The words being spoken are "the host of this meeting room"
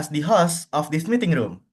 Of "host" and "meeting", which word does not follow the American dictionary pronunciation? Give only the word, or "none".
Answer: host